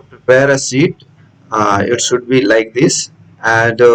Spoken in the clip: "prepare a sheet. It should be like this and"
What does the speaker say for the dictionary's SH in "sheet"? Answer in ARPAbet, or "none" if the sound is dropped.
S